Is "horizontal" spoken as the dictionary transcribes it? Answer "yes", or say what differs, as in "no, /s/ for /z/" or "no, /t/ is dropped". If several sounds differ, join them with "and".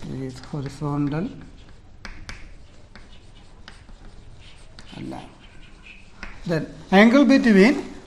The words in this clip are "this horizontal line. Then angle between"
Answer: no, /s/ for /z/